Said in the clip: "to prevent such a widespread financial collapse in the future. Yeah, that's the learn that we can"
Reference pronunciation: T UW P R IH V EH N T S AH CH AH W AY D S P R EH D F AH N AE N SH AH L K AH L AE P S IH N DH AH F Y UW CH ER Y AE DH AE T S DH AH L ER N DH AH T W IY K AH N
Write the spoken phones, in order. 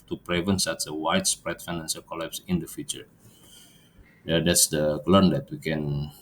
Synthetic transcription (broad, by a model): T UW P R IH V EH N S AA S AH W AY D S P R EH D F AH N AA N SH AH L K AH L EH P S IH N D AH F Y UW CH ER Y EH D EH T S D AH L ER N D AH T W IY K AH N